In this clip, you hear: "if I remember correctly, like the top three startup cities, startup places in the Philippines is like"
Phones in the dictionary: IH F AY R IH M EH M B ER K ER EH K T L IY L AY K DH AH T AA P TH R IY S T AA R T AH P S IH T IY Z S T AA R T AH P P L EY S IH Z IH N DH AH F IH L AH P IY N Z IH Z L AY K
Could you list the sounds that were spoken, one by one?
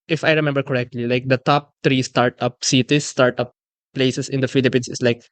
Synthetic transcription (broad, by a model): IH F AY R IH M EH M B ER K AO EH K T L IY L AY K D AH T AA P T R IY S T AA R T AH P S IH T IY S T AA R T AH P P L EY S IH S IH N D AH F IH L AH P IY N S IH S L AY K